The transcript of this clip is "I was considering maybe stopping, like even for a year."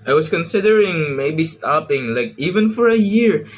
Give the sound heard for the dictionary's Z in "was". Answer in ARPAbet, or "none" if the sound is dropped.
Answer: S